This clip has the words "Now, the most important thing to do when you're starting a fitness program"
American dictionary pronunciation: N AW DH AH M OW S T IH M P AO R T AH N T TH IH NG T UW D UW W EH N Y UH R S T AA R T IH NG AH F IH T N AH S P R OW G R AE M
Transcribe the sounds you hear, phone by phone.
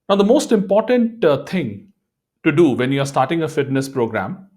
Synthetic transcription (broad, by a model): N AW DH AH M OW S T IH M P AO R T AH N T T IH NG T UW D UW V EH N Y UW R S T AA R T IH NG AH F IH T N AH S P R OW G R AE M